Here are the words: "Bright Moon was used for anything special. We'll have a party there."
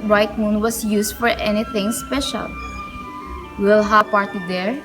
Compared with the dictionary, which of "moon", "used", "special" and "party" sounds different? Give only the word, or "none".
used